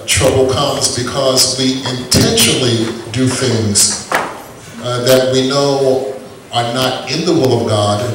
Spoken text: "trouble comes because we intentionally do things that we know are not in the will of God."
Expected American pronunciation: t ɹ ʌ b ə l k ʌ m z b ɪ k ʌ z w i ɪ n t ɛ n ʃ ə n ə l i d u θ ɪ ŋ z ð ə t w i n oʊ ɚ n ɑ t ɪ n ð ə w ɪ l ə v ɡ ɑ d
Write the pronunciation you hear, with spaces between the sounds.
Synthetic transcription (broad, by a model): t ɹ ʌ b l k ʌ m z b ɪ k ʌ z w i ɪ n t ɛ n ʃ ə n l i d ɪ θ ɪ ŋ z ð ə t w i n oʊ ɚ n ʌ t ɪ n ð ə w ɪ l ə v ɡ ɑ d